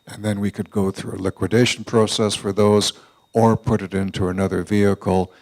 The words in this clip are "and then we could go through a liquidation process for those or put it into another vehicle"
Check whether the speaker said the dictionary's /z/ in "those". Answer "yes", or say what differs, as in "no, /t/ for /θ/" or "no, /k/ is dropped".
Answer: yes